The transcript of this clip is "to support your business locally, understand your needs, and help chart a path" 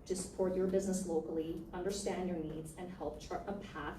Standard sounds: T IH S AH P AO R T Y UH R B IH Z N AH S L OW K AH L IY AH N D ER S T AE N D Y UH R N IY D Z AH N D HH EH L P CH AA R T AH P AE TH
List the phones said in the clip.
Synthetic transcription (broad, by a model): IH S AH P AO R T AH R B IH Z N AH S L OW K L IY AH N D ER S T AE N D Y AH R N IY D Z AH N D HH EH L P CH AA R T AH P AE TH